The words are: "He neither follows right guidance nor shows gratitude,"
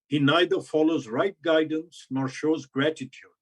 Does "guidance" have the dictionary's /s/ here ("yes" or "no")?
yes